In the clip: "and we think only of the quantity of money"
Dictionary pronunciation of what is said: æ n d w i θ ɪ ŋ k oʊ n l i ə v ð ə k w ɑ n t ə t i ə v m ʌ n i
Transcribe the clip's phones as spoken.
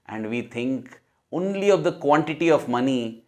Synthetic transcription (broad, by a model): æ n d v i t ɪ ŋ k oʊ n l i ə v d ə k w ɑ n t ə t i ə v m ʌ n i